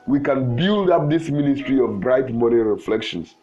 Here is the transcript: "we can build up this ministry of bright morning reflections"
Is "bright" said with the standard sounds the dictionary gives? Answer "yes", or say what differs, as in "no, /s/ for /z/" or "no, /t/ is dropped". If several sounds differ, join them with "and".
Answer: yes